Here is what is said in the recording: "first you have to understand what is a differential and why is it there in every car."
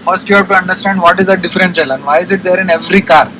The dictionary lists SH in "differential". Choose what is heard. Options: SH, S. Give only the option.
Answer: S